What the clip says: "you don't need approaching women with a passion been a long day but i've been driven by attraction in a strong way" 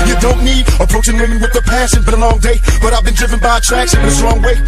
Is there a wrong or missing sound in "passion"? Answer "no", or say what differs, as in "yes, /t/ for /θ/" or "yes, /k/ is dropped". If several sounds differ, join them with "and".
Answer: yes, /s/ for /ʃ/